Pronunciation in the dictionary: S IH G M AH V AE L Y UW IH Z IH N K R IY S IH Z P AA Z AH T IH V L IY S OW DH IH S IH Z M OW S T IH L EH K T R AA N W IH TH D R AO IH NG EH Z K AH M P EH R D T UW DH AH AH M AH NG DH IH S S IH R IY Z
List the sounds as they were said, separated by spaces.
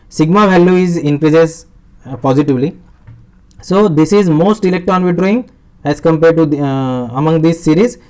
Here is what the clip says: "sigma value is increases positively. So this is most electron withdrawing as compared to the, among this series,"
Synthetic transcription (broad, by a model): S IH G M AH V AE L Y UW IH Z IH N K R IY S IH S P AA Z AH T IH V L IY S OW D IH S IH Z M OW S T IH L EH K T AA N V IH D R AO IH NG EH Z K AH M P EH R D T UW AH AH M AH NG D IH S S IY R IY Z